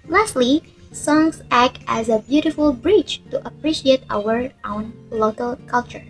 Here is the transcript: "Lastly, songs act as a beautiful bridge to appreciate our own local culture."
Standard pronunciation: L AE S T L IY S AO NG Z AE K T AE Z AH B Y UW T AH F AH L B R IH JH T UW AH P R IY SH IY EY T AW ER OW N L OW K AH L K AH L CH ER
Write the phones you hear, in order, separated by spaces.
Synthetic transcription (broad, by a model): L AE S T L IY S AO NG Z AE K T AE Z AH B Y UW T AH F AH L B R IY CH T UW AH P R IY SH IY EY T AW ER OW N L OW K AH L K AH L CH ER